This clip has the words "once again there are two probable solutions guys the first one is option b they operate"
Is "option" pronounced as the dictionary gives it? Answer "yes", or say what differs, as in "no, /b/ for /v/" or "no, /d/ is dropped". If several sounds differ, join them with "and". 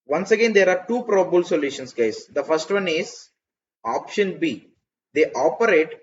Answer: yes